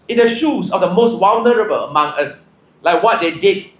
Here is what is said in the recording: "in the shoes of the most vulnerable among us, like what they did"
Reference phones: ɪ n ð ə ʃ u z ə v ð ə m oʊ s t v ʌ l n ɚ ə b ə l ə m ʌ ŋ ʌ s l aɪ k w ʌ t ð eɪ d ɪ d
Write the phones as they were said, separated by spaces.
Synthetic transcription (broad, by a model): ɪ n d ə ʃ u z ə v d ə m oʊ s t w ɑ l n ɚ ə b ə l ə m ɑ ŋ ʌ s l aɪ k w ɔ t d eɪ d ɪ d